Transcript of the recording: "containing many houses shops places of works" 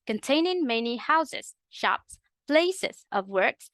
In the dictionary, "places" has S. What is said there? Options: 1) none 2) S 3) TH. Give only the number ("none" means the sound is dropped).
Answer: 2